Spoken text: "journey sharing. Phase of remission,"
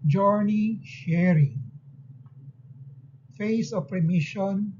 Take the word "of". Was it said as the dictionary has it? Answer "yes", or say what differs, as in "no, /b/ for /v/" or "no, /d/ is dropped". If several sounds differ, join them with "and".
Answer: no, /p/ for /v/